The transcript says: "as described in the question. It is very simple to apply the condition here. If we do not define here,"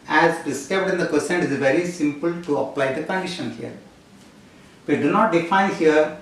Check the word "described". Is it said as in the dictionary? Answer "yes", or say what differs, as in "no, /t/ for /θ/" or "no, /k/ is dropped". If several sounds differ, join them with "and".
no, /ɹ/ is dropped